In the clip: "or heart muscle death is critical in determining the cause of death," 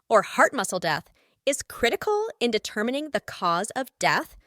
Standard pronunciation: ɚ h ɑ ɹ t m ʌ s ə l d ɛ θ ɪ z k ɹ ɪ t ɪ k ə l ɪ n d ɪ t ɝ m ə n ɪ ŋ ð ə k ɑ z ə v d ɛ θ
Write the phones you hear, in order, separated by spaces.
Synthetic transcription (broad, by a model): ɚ h ɑ ɹ t m ʌ s l d ɛ θ ɪ z k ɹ ɪ t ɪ k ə l ɪ n d ɪ t ɝ m ə n ɪ ŋ ð ə k ɑ z ə v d ɛ θ